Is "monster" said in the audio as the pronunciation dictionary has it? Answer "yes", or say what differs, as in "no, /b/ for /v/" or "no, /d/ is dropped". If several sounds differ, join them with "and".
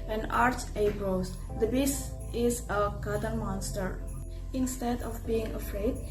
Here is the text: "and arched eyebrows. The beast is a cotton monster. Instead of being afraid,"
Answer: yes